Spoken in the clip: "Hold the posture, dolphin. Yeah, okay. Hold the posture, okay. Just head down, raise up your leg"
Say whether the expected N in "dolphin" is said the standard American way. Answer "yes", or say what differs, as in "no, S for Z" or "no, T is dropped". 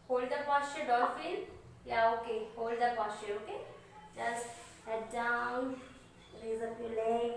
no, L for N